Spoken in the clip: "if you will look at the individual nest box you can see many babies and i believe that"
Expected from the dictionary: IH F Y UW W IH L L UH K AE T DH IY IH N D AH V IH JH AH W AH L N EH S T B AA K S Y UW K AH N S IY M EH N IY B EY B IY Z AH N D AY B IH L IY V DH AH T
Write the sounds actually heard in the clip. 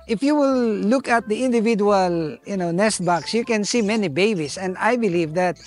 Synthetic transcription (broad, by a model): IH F Y UW W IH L L UH K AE T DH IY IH N D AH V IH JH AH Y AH N N EH S T B AA K S Y UW K AH N S IY M EH N IY B EY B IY S AH N D AY B IH L IY V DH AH T